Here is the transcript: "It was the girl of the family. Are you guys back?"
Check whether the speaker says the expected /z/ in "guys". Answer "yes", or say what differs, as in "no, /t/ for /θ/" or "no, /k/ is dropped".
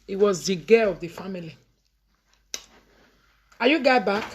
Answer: no, /z/ is dropped